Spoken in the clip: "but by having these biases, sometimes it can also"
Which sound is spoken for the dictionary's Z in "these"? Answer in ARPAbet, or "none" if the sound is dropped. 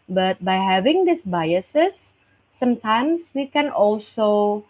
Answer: S